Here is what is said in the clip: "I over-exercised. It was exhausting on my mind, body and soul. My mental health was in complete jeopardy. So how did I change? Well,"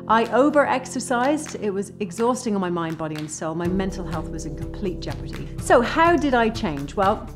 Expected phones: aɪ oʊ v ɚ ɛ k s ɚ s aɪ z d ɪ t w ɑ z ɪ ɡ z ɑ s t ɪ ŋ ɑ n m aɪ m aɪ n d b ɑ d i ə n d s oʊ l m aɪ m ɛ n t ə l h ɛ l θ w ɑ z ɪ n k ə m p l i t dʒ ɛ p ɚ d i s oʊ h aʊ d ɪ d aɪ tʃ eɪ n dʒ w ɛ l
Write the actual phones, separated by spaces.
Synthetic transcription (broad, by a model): aɪ oʊ v ɚ ɛ k s ɚ s aɪ z d ɪ t w ɑ z ɪ ɡ z ɑ s t ɪ ŋ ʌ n m aɪ m aɪ n d b ɑ d i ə n s oʊ l m aɪ m ɛ n t l h ɛ l θ w ɑ z ɪ n k ə m p l i t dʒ ɛ p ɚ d i s oʊ h aʊ d ɪ d aɪ tʃ eɪ n dʒ w ɛ l